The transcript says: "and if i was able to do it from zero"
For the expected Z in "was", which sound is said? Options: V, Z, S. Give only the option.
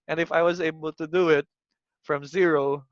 Z